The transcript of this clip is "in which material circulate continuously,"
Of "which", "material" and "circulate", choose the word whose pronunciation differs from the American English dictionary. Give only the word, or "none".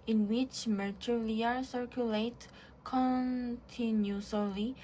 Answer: material